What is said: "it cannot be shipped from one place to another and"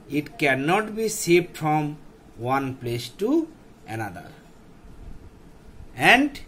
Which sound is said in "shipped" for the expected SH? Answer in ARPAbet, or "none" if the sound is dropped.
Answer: S